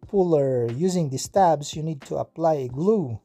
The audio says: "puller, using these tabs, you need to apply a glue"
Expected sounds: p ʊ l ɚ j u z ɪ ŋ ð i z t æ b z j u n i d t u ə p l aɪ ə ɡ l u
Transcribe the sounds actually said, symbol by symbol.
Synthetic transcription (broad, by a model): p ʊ l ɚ j u z ɪ ŋ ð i s t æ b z j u n i d t u ə p l aɪ ə ɡ l u